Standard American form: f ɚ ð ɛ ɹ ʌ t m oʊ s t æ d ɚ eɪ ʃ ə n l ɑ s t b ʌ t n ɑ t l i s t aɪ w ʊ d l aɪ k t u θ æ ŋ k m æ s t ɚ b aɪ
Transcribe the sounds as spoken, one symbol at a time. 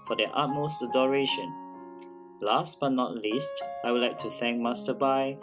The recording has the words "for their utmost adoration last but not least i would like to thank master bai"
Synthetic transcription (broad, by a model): f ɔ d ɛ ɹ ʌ t m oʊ s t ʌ d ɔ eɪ ʃ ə n l ɑ s t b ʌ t n ɑ t l i s t aɪ w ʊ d l aɪ k t u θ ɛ ŋ k m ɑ s t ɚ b aɪ